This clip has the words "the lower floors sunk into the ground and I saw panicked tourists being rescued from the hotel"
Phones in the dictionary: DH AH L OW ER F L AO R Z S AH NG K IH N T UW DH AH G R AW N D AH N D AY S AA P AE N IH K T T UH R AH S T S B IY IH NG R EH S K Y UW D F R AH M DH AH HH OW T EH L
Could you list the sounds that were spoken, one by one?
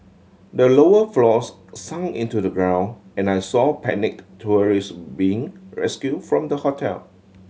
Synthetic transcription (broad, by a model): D AH L OW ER F L AO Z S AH NG IH N T UW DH AH G R AW N AH N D AY S AA P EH N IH K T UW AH R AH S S B IY IH NG R EH S K Y UW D F R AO M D AH HH OW T EH L